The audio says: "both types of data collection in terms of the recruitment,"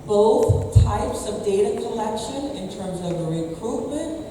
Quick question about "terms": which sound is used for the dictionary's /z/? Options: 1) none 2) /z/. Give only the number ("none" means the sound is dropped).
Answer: 2